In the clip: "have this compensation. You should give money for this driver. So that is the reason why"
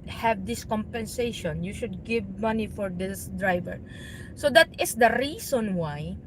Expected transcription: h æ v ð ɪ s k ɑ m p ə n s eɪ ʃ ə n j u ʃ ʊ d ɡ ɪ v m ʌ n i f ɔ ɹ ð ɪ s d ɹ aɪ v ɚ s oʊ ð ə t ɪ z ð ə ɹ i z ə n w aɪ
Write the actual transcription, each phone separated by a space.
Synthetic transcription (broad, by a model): h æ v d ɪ s k ɑ m p ə n s eɪ ʃ ə n j u ʃ ʊ d ɡ ɪ v m ʌ n i f ɔ ɹ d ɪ s d ɹ aɪ v ɚ s oʊ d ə t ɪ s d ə ɹ i s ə n w aɪ